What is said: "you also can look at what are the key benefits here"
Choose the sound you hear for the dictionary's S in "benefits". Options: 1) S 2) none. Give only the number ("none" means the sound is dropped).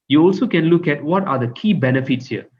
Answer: 1